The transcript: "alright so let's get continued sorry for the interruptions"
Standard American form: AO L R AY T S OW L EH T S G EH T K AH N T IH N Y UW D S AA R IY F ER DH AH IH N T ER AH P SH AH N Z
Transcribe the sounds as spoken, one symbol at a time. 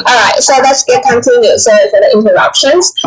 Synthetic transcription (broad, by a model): AO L R AY T S OW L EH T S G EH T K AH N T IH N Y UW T S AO IY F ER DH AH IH N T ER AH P SH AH N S